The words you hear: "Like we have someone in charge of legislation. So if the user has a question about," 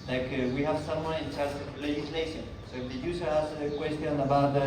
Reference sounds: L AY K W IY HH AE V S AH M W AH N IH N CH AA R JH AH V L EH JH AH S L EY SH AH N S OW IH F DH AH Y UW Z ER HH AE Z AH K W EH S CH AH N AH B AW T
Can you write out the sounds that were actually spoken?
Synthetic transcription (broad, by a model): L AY K W IY HH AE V S AH M W AH N IH N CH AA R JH AH V L EH JH AH S L EY SH AH N S OW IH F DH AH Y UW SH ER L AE S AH K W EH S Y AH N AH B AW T